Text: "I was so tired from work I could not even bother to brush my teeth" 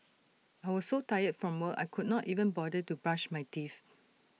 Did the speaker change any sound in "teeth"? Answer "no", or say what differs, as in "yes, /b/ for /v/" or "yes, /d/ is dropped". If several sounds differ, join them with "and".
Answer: yes, /f/ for /θ/